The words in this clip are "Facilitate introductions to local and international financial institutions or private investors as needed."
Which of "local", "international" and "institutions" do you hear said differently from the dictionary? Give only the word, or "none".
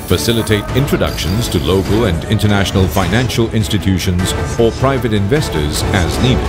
none